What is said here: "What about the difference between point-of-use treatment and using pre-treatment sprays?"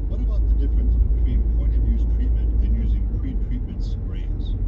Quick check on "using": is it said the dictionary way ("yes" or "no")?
yes